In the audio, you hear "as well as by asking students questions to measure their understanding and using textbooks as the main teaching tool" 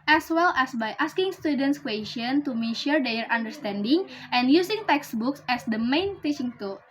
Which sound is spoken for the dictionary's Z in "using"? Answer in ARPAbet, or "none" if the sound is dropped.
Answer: S